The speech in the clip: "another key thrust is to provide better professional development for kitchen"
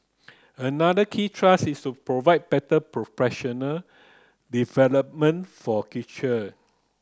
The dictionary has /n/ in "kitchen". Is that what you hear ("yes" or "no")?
no